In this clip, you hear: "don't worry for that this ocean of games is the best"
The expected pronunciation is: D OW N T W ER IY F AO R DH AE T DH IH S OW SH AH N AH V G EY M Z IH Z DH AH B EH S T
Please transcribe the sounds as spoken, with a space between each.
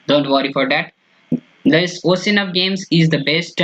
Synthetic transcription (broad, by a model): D OW N T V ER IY F AO R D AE T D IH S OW S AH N AH V G EY M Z IH Z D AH B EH S T